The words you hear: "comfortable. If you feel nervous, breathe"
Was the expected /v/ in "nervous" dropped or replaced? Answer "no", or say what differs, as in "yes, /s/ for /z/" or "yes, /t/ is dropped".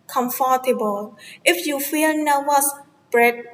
yes, /w/ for /v/